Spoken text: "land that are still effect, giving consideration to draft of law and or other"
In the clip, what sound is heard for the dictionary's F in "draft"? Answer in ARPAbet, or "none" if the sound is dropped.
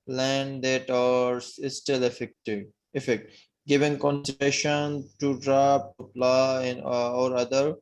P